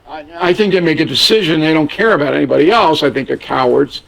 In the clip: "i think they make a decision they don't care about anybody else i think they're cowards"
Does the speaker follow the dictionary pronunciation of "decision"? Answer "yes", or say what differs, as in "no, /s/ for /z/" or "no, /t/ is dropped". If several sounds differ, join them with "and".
yes